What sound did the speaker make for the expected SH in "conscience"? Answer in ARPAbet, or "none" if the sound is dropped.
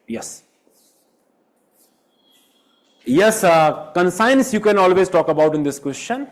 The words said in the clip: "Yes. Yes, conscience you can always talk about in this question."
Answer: S